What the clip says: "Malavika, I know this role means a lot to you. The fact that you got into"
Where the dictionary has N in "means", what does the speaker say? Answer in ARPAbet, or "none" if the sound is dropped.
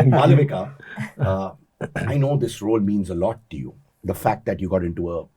N